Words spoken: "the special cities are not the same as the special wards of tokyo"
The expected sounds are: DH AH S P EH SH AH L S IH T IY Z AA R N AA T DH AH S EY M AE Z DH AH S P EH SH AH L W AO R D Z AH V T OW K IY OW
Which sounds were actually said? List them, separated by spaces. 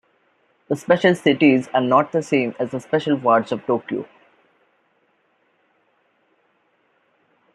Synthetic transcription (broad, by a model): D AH S P EH SH AH L S IH T IY Z AA R N AA T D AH S EY M AE Z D AH S P EH SH AH L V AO R D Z AH V T OW K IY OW